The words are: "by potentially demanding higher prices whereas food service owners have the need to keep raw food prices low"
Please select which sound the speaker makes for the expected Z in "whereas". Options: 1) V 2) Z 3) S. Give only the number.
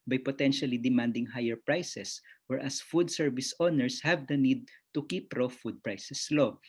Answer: 3